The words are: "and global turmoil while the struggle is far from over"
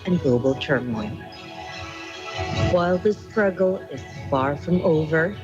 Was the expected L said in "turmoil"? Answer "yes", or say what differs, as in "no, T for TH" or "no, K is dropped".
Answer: no, N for L